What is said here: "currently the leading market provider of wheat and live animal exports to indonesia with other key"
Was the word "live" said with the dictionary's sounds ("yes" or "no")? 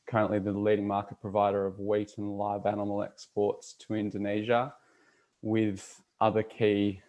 yes